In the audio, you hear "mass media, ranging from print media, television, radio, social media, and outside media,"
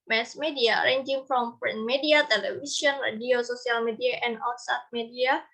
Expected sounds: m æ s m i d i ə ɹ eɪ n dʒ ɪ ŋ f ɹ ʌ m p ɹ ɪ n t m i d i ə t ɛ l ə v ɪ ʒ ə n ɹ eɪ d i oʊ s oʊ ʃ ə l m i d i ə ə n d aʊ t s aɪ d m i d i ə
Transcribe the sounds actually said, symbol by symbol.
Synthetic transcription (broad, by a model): m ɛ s m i d i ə ɹ eɪ n dʒ ɪ ŋ f ɹ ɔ m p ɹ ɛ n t m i d i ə t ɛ l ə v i s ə n ɹ eɪ d i oʊ s oʊ s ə l m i d i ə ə n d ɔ s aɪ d m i d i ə